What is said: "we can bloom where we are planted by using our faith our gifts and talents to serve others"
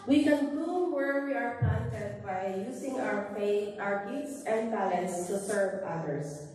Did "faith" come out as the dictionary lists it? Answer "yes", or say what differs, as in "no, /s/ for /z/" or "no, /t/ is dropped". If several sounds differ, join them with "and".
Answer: no, /p/ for /f/